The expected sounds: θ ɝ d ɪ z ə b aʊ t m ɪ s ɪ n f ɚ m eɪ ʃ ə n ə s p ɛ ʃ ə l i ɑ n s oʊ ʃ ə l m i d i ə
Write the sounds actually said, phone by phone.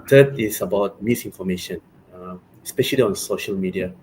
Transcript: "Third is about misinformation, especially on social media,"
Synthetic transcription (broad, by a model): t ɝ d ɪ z ə b aʊ t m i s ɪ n f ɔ m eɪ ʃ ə n ə s p ɛ ʃ ə l i ɑ n s oʊ ʃ ə l m i d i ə